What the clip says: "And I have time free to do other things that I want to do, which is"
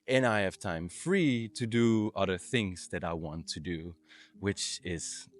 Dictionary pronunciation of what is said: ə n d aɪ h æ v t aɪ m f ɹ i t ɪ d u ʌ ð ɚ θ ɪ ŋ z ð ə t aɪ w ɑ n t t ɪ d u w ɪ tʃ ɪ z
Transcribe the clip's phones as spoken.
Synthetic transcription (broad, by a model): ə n aɪ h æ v t aɪ m f ɹ i t ɪ d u ʌ ð ɚ θ ɪ ŋ z ð ə t aɪ w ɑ n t t ɪ d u w ɪ tʃ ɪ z